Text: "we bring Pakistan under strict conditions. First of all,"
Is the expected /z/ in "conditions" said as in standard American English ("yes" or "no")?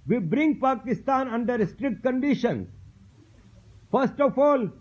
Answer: no